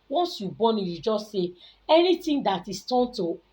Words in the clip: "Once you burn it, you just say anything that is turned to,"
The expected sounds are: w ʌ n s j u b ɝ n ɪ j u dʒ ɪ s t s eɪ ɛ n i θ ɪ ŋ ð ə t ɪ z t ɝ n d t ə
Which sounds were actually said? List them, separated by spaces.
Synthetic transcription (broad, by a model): w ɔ n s j u b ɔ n ɪ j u dʒ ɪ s s eɪ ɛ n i t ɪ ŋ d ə t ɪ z t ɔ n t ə